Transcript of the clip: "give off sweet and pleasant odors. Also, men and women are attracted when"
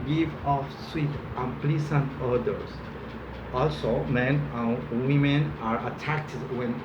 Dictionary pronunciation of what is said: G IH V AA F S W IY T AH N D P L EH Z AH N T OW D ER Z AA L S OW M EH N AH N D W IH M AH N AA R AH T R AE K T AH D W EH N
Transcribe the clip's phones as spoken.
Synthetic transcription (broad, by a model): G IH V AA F S W IY T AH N P L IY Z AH N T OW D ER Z AA L S OW M EH N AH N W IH M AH N AA R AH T AE K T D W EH N